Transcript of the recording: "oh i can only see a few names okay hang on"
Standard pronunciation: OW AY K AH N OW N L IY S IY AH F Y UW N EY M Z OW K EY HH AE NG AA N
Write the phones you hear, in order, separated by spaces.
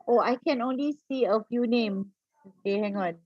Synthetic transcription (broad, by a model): OW AY K AH N OW N L IY S IY AH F Y UW N EY M OW K EY HH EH NG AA N